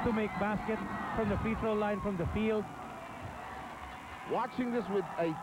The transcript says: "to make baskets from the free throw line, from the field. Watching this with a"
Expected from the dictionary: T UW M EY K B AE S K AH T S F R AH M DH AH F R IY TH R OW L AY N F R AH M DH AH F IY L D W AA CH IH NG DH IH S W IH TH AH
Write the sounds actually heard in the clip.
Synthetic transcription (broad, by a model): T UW M EY K B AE S K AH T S F R AH M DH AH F IY T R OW L AY N F R AH M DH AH F IY L D W AA CH IH NG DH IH S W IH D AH